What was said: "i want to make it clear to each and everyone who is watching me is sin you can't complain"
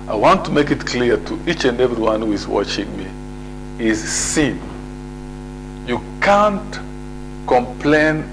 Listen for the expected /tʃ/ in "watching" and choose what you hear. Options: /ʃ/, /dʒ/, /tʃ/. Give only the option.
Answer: /tʃ/